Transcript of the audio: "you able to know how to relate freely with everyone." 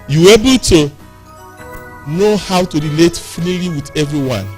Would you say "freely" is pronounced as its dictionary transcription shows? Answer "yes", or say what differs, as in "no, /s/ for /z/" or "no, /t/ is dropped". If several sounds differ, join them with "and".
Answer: no, /l/ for /ɹ/